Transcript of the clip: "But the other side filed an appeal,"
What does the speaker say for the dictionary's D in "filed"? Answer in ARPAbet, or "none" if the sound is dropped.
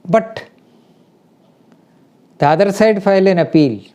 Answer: none